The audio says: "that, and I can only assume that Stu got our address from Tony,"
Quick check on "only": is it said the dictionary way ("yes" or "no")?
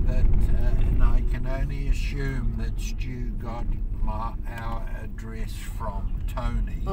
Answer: yes